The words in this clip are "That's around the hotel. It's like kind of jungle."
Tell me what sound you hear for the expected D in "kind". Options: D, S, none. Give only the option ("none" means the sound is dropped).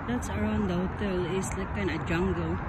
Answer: none